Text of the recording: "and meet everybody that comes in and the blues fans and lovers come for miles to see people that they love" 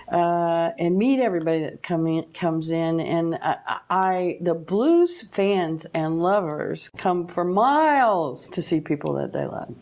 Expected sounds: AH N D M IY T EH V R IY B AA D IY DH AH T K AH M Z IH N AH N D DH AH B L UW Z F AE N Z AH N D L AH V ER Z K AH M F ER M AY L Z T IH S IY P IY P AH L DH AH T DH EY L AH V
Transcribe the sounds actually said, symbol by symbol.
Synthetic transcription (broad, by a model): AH N M IY T EH V R IY B AA D IY DH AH T K AH M Z IH N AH N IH DH AH B L UW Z F AE N Z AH N L AH V ER Z K AH M F ER M AY L Z T IH S IY P IY P L DH AH T DH EY L AH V